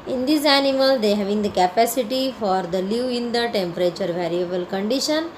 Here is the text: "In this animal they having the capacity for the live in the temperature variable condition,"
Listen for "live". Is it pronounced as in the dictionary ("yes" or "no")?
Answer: no